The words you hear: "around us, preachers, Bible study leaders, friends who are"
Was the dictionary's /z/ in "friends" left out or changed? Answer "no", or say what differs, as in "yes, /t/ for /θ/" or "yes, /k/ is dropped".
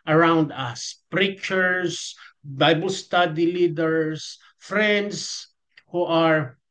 yes, /s/ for /z/